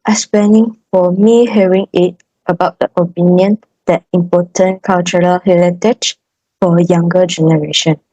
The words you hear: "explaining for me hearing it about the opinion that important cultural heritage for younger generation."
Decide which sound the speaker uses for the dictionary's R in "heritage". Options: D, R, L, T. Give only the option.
L